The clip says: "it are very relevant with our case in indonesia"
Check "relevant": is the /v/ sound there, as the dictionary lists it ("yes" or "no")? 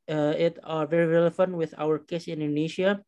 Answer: no